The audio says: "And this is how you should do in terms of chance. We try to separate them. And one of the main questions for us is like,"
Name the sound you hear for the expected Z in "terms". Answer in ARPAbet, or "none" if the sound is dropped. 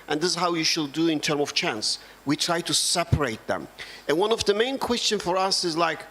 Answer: none